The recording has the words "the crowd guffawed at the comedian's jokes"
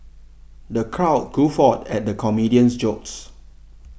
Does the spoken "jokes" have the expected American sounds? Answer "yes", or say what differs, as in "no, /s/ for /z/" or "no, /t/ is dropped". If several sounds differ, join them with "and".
yes